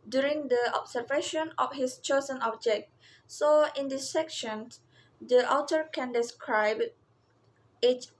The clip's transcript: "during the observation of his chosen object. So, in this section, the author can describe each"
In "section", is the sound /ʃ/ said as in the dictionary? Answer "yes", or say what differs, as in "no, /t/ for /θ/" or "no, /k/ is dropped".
yes